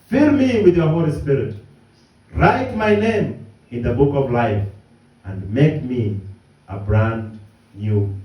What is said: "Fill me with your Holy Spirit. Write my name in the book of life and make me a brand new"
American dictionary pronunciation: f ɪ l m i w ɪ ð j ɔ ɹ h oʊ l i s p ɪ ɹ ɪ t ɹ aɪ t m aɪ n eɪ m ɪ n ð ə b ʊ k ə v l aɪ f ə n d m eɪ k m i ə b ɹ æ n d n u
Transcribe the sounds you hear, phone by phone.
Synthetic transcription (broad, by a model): f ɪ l m i w ɪ ð j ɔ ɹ h oʊ l i s p ɪ ɹ ɪ t ɹ aɪ t m aɪ n eɪ m ɪ n ð ə b ʊ k ə v l aɪ f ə n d m eɪ k m i ə b ɹ æ n d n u